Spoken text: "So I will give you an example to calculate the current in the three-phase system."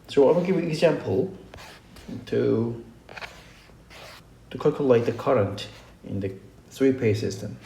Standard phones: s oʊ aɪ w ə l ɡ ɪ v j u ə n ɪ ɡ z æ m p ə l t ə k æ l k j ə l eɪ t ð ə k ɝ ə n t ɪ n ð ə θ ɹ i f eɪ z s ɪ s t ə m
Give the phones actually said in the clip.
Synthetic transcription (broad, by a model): s oʊ aɪ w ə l ɡ ɪ v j ə n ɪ ɡ z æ m p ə l t ə k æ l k j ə l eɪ t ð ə k ɝ ə n t ɪ n ð ə θ ɹ i p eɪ s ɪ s t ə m